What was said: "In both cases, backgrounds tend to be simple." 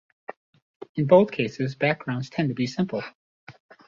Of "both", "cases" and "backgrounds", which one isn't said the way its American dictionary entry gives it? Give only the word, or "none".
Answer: none